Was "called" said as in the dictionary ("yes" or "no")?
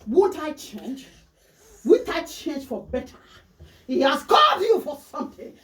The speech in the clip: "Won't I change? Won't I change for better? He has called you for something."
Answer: no